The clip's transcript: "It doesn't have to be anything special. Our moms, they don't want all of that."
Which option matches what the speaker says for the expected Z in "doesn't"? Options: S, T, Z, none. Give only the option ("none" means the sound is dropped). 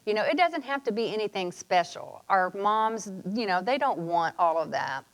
Z